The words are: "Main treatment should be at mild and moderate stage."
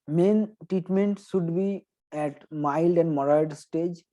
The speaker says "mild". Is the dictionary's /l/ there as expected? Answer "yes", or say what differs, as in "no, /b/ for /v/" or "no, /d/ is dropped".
yes